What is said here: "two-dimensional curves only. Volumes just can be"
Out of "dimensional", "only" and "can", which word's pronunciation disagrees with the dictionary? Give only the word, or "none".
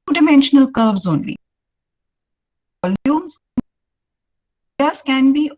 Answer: none